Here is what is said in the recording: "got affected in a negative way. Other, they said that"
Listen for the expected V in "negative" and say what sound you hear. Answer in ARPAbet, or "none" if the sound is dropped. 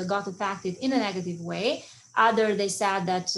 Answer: V